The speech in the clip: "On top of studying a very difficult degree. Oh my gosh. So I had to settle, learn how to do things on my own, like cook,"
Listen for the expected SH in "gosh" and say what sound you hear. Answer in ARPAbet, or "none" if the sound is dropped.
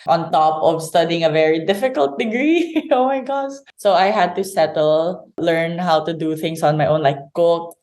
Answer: S